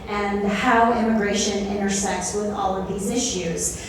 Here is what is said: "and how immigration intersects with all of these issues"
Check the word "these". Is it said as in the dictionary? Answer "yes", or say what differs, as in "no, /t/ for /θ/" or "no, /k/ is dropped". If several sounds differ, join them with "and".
yes